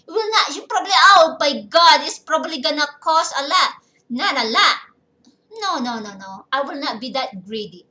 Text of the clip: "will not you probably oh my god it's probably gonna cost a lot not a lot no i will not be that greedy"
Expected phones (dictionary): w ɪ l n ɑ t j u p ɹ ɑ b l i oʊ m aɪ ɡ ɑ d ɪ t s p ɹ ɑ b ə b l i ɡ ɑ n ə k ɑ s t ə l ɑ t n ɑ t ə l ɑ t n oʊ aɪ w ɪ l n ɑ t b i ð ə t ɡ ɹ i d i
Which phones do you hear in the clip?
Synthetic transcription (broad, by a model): w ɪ l n ɑ t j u p ɹ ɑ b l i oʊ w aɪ ɡ ɑ d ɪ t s p ɹ ɑ b ə b l i ɡ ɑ n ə k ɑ s ə l ɑ t n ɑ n ə l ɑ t n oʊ aɪ w ɪ l n ɑ t b i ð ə t ɡ ɹ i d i